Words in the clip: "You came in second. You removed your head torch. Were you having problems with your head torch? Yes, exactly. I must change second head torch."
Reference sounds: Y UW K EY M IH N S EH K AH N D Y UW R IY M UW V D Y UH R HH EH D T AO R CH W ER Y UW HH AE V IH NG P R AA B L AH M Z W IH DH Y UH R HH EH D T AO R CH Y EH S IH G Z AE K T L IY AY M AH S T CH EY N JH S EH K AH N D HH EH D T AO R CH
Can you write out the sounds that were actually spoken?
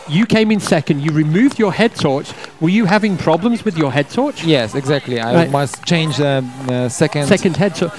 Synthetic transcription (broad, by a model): Y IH K EY M IH N S EH K AH N D Y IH R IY M UW V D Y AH R HH EH D T AO R CH W ER Y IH HH AE V IH NG P R AA B L AH M Z W IH DH Y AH R HH EH D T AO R CH Y EH S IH G Z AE K T L IY AY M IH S CH EY N JH S EH K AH N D HH EH D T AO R